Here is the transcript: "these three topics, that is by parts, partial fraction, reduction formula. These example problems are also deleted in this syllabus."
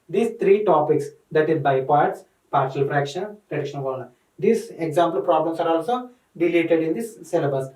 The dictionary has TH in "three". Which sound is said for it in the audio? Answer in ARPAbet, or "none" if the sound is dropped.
T